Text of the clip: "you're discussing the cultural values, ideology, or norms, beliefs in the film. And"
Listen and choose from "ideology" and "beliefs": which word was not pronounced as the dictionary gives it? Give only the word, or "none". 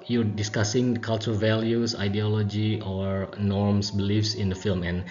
none